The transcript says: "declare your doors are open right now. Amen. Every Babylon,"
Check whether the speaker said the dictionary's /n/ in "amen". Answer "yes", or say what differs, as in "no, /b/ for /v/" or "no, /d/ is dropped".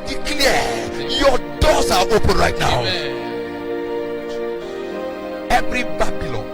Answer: no, /n/ is dropped